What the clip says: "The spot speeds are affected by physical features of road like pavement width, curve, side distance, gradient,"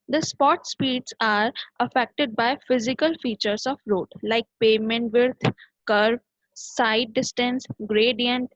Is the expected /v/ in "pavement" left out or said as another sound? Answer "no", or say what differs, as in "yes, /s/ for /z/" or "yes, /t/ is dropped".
yes, /v/ is dropped